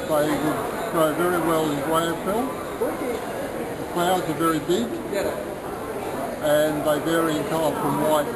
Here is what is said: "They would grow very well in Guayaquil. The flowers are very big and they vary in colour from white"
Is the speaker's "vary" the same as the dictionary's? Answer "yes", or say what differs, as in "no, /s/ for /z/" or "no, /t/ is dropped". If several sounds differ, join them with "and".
yes